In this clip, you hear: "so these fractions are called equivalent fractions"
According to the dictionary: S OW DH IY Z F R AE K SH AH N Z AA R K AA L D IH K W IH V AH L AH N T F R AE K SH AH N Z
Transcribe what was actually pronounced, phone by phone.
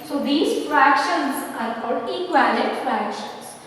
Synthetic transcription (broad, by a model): S OW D IY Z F R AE K SH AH N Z AA R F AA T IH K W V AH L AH T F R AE K SH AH N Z